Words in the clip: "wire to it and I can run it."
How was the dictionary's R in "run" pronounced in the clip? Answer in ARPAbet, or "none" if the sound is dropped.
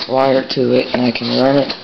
L